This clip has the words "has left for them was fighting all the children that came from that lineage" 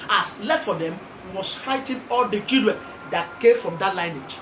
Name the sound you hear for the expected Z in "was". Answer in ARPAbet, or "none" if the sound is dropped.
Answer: S